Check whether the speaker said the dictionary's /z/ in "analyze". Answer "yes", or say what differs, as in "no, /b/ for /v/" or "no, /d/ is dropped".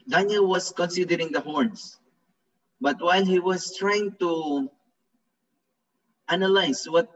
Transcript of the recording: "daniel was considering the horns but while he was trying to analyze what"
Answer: no, /s/ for /z/